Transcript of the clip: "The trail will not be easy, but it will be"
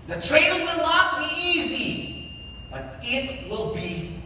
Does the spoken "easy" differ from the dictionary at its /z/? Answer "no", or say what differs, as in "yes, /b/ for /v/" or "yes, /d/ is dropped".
no